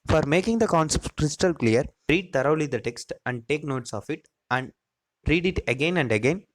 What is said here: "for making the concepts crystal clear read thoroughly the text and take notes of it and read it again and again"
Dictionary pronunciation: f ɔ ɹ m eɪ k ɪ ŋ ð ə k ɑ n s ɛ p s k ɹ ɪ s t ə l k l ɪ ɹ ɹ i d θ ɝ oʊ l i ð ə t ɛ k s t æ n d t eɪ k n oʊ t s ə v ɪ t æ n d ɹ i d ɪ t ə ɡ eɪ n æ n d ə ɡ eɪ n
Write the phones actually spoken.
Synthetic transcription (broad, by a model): f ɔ ɹ m eɪ k ɪ ŋ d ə k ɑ n s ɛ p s k ɹ ɪ s t ə l k l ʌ ɹ ɹ i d t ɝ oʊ l i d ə t ɛ k s t æ n d t eɪ k n oʊ t s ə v ɪ t æ n d ɹ i d ɪ t ə ɡ eɪ n æ n d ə ɡ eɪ n